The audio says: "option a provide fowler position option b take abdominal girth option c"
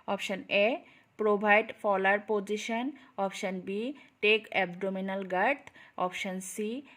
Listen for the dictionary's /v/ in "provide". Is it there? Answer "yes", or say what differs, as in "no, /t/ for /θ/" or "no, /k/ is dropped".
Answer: no, /b/ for /v/